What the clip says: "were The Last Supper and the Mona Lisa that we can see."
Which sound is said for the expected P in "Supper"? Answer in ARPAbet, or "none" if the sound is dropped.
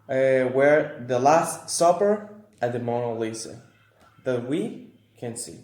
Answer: P